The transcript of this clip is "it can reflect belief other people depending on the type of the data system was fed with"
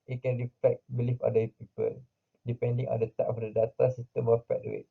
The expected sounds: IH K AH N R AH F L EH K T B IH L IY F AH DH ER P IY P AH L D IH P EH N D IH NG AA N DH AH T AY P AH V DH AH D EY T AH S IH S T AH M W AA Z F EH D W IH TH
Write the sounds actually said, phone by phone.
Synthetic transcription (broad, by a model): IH K AH N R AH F EH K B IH L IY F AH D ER P IY P AH L D IH P EH N D IH NG AA N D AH T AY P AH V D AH D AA T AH S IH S T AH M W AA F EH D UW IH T